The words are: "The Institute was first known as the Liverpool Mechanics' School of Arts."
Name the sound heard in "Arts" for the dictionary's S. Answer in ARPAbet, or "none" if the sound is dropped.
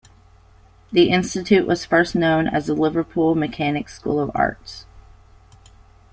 S